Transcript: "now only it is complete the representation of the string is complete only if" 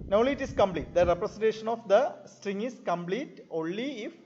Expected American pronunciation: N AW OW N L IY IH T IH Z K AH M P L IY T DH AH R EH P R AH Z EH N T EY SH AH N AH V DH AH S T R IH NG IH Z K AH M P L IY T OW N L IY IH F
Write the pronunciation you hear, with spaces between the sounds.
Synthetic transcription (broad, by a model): N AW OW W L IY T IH S K AH M P L IY T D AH R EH P R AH S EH N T EY SH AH N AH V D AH S T R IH NG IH S K AH M P L IY T OW N L IY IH F